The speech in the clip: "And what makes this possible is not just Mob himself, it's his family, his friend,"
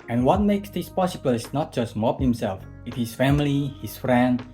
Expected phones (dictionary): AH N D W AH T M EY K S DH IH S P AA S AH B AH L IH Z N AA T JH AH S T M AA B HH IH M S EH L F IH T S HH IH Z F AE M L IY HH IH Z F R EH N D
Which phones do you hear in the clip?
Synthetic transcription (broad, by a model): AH N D W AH T M EY K S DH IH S P AA S AH B AH L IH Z N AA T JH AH S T M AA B HH IH M S EH L F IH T HH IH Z F AE M L IY HH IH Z F R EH N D